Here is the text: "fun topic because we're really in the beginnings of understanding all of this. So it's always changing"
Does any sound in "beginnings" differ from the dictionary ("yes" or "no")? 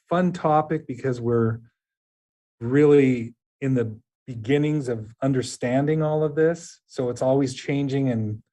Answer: no